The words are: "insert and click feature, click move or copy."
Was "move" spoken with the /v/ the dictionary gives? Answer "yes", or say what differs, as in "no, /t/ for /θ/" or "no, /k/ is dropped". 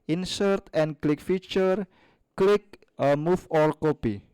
no, /f/ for /v/